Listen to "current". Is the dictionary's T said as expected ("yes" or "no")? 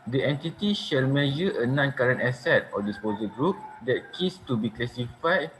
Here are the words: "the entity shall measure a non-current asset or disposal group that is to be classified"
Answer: yes